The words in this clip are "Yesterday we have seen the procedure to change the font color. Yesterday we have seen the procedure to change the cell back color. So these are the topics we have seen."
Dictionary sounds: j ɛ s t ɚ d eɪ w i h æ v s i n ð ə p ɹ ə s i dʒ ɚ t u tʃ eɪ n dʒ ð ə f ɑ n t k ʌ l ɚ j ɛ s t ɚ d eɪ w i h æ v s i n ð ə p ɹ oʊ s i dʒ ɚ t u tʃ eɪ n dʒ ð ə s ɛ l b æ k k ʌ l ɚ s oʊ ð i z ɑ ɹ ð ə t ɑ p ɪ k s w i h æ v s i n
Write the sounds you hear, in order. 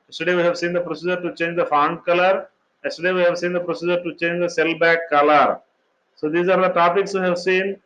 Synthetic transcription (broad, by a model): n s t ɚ d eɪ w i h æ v s i n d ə p ɹ ə s i dʒ ɚ t u tʃ eɪ n dʒ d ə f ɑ n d k ʌ l ɚ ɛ s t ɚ d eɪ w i h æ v s i n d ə p ɹ oʊ s i dʒ ɚ t u tʃ eɪ n dʒ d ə s ɛ l b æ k k ʌ l ɚ s oʊ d i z ɑ ɹ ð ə t ɑ p ɪ k s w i h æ v s i n